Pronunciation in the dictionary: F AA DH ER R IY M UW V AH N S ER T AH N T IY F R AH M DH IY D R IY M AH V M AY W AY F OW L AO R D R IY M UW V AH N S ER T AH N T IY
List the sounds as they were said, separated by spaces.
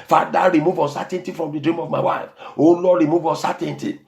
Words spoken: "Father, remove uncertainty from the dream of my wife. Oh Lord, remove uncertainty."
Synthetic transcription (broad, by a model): F AA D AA R IY M UW V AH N S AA T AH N T IY F R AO M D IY D R IY M AH V M AY W AY F OW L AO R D R IY M UW V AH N S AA T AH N T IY